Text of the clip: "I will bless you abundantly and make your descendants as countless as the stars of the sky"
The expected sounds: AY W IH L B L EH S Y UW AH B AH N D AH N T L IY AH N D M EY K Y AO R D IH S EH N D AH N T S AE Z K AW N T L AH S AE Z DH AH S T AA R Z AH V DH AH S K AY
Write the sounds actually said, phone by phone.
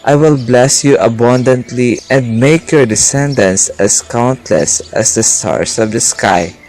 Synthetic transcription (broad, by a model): AY W IH L B L EH S Y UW AH B AH N D AH N T L IY AH N D M EY K Y AO R D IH S EH N D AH N S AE S K AW N T L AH S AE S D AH S T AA R S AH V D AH S K AY